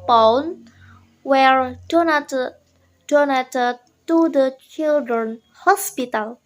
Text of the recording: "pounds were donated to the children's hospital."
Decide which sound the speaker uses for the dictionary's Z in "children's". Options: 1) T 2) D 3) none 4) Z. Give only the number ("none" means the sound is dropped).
3